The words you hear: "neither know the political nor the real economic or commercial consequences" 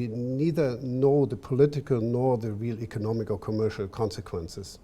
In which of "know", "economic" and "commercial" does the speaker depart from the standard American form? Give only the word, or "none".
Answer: none